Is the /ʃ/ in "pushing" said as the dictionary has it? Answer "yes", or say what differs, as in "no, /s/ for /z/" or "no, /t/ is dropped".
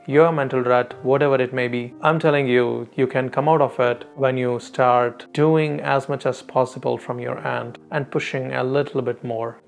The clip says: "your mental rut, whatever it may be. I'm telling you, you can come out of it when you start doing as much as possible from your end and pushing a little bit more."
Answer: yes